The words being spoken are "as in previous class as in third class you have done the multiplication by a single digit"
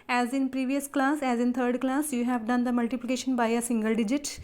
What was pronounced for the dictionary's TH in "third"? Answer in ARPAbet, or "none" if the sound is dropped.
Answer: T